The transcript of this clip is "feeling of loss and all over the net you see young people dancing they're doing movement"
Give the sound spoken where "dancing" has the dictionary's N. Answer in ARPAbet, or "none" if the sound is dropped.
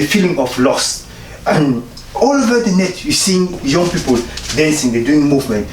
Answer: N